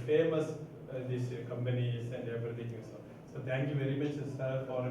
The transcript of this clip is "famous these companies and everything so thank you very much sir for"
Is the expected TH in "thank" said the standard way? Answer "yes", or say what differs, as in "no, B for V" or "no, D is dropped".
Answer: no, T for TH